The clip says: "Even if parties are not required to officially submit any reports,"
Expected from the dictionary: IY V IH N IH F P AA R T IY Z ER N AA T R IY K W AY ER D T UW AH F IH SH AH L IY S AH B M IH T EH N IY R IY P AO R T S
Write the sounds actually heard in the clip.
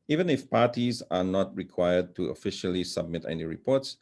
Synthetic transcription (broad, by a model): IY V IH N IH F P AA R T IY Z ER N AA T R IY K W AY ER D T UW AH F IH SH AH L IY S AH B M IH T EH N IY R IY P AO R T S